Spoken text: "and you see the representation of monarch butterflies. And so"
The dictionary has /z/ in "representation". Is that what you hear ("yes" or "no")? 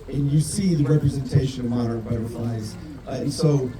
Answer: yes